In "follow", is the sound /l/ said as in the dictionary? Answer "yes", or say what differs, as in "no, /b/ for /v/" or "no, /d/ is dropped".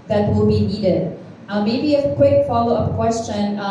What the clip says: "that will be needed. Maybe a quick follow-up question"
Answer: yes